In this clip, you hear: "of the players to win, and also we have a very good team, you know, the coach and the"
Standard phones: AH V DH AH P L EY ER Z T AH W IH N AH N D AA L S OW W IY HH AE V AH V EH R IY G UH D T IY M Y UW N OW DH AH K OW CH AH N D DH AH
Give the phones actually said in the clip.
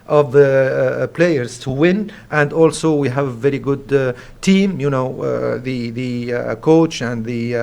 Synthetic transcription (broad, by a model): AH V DH AH P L EY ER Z T AH W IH N AH N D AA L S OW W IY HH AE V AH V EH R IY G UH D T IY M Y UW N OW DH AH K OW CH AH N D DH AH